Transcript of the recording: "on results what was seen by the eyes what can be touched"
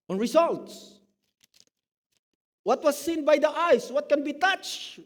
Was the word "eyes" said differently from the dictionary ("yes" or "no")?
yes